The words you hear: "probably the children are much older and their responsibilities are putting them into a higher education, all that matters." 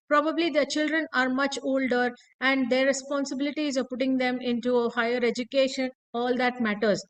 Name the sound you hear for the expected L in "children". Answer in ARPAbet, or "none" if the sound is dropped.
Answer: L